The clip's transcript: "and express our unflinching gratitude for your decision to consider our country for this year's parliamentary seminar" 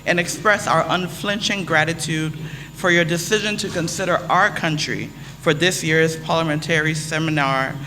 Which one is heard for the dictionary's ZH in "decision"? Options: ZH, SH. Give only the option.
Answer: ZH